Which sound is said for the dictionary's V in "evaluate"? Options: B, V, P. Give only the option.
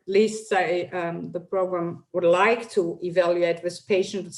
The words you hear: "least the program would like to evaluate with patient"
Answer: V